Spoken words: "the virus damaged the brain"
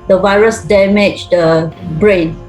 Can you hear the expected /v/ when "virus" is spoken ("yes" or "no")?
yes